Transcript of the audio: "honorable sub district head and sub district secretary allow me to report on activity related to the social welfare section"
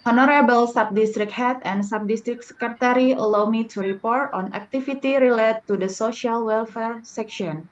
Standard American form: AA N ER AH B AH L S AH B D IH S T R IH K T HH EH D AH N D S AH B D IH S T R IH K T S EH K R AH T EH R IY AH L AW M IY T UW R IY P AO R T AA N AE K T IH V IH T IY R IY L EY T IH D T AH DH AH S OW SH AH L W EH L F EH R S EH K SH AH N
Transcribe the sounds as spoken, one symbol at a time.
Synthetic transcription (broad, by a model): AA N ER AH B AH L S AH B D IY S T R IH K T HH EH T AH N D S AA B D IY S T R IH K S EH K R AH T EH R IY AH L AW M IY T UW R IY P AO R T AA N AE K T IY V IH T IY R IY L EY T IH D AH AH S OW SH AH L W EH L F EH R S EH K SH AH N